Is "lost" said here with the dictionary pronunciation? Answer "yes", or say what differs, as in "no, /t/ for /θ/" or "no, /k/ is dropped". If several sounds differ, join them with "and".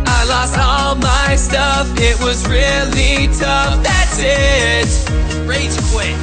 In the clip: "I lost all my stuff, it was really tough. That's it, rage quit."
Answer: yes